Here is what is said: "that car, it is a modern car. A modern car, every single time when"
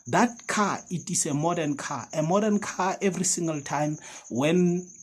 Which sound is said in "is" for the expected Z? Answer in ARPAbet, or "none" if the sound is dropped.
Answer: S